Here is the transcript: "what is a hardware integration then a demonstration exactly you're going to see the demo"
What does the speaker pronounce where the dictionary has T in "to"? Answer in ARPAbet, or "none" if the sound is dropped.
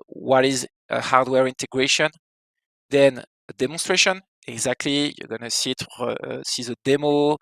S